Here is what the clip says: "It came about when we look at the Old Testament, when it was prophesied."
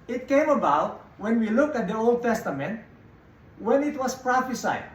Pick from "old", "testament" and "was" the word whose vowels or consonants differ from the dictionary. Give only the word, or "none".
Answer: was